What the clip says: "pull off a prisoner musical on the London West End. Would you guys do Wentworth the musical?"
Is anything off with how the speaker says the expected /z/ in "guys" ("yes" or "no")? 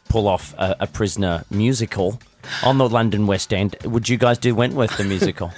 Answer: no